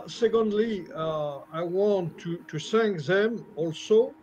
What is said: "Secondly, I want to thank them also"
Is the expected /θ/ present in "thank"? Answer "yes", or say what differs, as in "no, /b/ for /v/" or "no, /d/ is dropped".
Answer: no, /s/ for /θ/